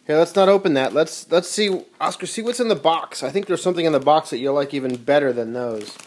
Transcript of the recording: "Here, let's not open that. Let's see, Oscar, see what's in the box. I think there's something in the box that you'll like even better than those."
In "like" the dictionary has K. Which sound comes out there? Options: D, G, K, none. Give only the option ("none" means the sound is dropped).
K